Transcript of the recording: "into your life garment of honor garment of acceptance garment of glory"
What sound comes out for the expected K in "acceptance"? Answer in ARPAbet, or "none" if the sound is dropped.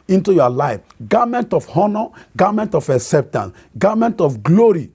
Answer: none